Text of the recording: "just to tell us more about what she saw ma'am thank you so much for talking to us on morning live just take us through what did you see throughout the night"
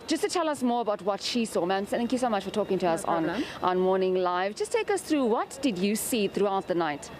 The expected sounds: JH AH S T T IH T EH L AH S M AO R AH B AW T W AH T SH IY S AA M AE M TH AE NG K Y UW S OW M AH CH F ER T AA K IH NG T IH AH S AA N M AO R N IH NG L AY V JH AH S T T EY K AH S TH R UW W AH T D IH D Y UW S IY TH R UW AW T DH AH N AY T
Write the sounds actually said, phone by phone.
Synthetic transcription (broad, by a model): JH AH S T T IH T EH L AH S M AO R AH B AW T W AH T SH IY S AA M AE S TH AE NG K Y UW S OW M AH CH F ER T AA K IH NG T IH AH S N N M AO R N IH NG L AY V JH AH S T T EY K AH S TH R UW W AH T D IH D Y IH S IY TH R UW AW T DH AH N AY T